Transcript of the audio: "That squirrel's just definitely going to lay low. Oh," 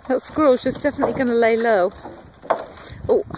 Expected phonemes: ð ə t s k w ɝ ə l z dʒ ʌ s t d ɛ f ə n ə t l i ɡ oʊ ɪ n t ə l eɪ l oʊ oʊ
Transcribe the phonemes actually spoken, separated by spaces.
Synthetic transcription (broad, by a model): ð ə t s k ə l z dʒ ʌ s d ɛ f ə n ə t l i ɡ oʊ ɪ n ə l eɪ l oʊ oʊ